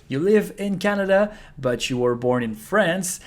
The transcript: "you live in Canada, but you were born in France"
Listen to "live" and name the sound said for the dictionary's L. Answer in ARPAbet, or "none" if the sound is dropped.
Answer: L